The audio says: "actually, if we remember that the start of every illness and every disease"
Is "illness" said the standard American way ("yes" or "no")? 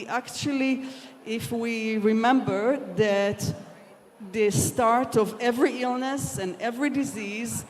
yes